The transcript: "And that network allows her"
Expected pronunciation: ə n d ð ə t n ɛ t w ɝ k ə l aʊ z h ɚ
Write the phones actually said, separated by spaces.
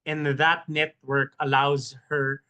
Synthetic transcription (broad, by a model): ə n ð ə t n ɛ t w ɝ k ə l aʊ z h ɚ